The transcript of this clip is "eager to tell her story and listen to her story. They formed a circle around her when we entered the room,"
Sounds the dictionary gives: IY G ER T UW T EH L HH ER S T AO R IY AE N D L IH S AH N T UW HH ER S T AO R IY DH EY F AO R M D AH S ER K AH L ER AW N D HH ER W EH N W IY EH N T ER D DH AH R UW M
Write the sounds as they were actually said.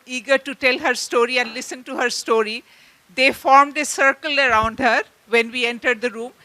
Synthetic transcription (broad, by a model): IY G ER T UW T EH L HH ER S T AO R IY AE N D L IH S AH N T UW HH ER S T AO R IY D EY F AO R M D AH S ER K AH L ER AW N D HH ER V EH N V IY EH N T ER D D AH R UW M